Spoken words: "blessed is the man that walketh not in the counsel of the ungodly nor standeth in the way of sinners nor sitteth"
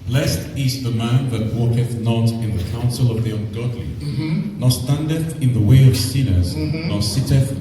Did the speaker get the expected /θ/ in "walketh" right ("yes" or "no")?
yes